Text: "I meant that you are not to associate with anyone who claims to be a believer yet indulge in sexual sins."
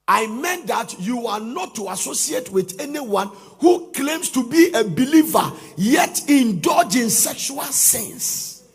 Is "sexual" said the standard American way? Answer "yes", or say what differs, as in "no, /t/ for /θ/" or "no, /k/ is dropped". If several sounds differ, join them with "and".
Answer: yes